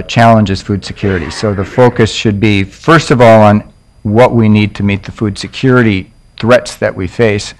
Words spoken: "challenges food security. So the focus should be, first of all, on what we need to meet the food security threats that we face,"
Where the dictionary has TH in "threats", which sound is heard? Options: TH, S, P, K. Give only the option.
TH